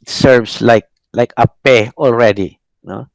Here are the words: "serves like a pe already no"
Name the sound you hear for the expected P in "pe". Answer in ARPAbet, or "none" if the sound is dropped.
P